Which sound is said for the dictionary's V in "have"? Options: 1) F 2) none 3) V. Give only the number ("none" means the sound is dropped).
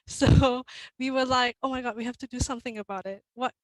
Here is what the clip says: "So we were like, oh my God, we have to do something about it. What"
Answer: 1